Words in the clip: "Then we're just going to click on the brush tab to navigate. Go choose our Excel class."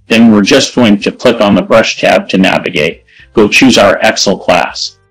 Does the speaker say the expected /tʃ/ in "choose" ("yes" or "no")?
yes